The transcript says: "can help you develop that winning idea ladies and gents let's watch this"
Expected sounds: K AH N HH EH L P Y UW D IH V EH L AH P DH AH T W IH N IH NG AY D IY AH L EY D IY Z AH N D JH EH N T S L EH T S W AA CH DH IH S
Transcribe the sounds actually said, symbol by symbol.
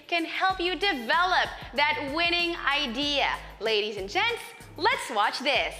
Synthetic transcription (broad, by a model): K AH N HH EH L P Y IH D IH V EH L AH P DH AH T W IH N IH NG AY D IY AH L EY D IY Z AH N JH EH N T S L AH T S W AA CH DH IH S